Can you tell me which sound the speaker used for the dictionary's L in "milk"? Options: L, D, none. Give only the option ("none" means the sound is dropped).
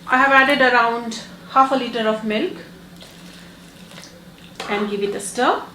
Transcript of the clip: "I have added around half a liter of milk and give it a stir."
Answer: L